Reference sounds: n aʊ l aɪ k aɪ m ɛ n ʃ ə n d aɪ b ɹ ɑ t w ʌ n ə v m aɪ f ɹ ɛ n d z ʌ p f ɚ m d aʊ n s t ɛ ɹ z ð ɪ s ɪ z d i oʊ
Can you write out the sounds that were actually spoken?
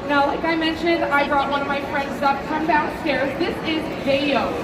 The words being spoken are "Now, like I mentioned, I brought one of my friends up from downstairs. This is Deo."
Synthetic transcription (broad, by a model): n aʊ l aɪ k aɪ m ɛ n ʃ ə n d aɪ b ɹ ɑ t w ʌ n ə v m aɪ f ɹ ɛ n d z ʌ p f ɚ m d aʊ s t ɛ ɹ z ð ɪ s ɪ z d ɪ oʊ